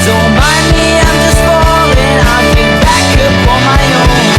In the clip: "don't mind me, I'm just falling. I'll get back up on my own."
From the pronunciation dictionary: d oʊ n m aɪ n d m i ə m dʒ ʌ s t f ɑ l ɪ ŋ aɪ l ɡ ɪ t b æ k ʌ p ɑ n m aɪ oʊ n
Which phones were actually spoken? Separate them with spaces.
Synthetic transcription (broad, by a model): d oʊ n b aɪ m i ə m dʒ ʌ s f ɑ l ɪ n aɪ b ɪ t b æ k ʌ f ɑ m aɪ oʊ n